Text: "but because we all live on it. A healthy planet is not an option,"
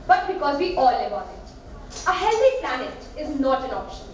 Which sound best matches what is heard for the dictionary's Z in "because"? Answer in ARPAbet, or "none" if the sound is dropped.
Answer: Z